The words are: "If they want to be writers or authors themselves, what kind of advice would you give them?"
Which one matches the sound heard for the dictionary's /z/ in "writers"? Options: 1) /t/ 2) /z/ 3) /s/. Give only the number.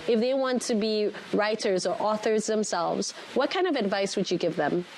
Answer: 2